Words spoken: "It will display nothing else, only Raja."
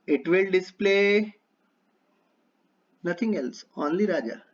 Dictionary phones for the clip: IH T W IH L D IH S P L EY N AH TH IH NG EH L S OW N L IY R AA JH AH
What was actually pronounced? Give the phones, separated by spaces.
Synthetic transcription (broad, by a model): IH T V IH L D IH S P L EY N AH T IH NG EH L S OW N L IY R AA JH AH